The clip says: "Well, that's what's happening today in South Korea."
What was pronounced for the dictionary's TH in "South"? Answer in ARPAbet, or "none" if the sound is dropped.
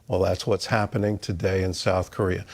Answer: TH